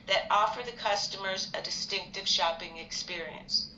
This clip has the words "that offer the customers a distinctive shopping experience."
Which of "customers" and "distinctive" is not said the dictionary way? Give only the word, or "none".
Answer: none